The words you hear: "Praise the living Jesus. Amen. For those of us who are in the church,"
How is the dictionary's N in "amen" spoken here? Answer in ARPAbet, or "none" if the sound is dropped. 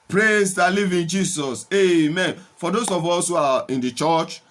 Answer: N